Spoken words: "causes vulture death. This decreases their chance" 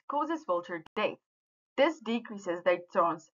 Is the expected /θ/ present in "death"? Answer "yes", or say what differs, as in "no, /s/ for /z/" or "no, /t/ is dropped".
no, /t/ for /θ/